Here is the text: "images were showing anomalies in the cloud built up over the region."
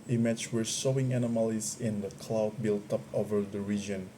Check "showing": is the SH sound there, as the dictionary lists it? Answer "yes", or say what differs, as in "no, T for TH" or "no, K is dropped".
no, S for SH